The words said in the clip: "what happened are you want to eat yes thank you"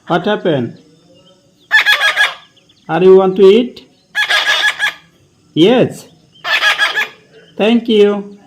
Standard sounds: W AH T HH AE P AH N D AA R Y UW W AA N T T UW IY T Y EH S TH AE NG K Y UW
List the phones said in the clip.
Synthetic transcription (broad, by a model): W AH T HH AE P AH N AA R Y UW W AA N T T UW IY T Y EH S T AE NG K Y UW